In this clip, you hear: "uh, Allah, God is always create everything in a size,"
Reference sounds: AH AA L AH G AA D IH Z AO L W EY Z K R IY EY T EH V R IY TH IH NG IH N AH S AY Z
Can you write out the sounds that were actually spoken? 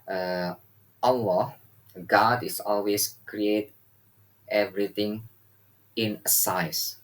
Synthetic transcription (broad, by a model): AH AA W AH G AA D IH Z AO L W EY S K R IY EY T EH V R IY T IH NG IH N AH S AY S